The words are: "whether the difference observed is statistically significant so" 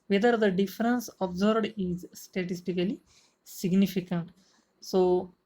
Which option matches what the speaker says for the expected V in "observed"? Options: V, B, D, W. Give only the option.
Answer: B